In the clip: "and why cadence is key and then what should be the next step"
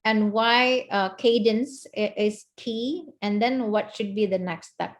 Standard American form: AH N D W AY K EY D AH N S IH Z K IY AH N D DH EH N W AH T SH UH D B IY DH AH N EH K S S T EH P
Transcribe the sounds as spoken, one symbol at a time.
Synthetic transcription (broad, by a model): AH N W AY K EY D AH N S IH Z K IY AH N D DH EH N W AH T SH UH D B IY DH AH N EH K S S T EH P